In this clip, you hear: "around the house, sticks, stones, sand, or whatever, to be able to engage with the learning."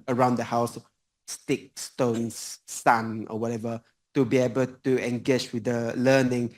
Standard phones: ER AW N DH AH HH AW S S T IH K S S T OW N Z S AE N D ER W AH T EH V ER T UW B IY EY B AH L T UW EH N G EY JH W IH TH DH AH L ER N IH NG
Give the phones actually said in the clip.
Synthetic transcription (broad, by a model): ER AW N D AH HH AW S S T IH K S S T OW N S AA N ER W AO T EH V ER T UW B IY EY B AH L T UW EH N G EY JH W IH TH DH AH L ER N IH NG